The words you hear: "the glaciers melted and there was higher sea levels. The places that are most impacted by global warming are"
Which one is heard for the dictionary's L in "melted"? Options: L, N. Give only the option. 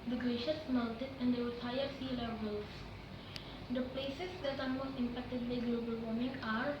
N